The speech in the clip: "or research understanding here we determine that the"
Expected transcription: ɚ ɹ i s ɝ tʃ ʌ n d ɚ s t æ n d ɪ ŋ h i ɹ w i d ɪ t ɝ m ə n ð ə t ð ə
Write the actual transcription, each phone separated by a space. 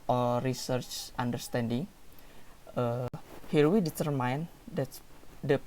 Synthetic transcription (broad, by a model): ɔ ɹ i s ɝ tʃ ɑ n d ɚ s t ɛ n d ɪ ŋ h i ɹ w i d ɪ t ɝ m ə n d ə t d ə